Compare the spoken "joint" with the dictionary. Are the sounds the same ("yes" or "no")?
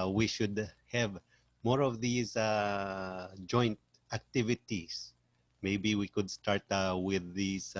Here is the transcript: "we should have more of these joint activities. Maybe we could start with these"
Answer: yes